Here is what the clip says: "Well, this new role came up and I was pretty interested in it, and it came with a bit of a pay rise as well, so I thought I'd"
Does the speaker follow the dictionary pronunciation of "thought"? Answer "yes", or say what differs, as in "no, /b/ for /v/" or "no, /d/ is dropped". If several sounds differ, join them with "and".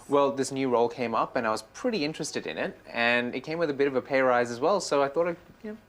yes